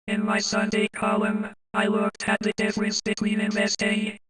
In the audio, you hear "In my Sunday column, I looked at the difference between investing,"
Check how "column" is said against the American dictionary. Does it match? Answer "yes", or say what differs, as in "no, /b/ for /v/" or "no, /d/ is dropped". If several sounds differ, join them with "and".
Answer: no, /l/ is dropped